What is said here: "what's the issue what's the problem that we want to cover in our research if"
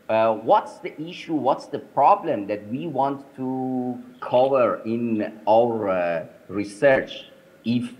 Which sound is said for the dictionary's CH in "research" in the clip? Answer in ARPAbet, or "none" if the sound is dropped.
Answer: CH